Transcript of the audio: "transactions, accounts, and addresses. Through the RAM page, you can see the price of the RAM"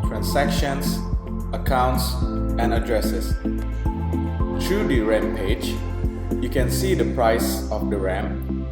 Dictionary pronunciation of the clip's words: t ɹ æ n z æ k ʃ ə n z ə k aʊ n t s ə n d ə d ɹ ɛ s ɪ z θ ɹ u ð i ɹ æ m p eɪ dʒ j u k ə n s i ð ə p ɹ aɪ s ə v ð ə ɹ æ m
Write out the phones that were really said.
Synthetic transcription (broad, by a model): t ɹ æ n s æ k ʃ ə n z ə k aʊ n t s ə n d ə d ɹ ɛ s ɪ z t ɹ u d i ɹ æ m p eɪ dʒ j u k ə n s i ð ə p ɹ aɪ s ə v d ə ɹ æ m